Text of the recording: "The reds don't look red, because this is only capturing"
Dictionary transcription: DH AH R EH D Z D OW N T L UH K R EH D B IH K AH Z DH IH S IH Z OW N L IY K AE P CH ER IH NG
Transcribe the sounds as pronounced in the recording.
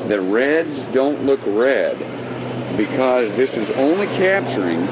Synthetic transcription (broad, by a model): DH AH R EH D Z D OW N T L UH K R EH D B IH K AH Z DH IH S IH Z OW N L IY K AE P CH ER IH NG